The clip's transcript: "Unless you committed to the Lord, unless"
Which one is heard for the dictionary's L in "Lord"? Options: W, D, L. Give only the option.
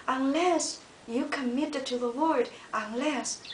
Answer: W